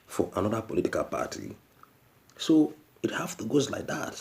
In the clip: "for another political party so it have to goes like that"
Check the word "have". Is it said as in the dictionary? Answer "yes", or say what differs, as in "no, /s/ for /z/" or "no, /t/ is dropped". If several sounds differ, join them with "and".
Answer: no, /f/ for /v/